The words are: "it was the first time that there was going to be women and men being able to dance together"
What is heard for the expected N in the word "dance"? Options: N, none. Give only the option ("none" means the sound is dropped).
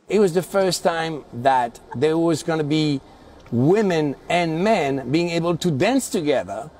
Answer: N